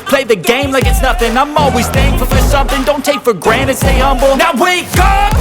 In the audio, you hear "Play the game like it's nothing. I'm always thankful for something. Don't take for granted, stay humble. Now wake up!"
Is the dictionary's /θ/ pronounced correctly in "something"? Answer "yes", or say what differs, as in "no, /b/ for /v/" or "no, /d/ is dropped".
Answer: yes